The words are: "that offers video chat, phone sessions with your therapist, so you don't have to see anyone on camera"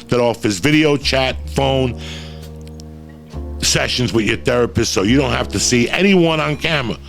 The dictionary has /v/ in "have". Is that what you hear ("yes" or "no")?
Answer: no